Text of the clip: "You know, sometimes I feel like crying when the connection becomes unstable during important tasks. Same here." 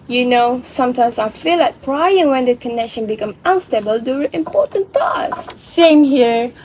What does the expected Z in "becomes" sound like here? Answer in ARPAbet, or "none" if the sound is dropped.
none